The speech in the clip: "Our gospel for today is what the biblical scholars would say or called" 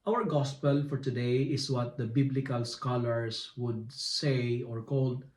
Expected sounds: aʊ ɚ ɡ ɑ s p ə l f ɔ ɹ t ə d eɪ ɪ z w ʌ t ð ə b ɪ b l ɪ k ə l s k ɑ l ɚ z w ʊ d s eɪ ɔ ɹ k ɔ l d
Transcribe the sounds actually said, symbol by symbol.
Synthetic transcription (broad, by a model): aʊ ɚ ɡ ɑ s p ə l f ɔ ɹ t ə d eɪ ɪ s w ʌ t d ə b ɪ b l ɪ k ə l s k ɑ l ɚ s w ʊ d s eɪ ɔ ɹ k ɔ l d